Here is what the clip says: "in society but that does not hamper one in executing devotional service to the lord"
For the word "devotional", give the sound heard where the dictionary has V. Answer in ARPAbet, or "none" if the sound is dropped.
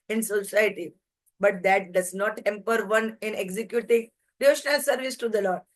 none